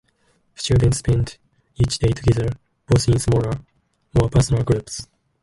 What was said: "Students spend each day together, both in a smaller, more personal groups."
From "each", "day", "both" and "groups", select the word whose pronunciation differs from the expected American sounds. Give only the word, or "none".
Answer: both